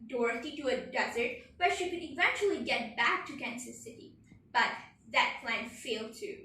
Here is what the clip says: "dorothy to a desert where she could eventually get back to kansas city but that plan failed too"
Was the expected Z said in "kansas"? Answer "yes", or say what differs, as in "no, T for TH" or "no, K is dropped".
no, S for Z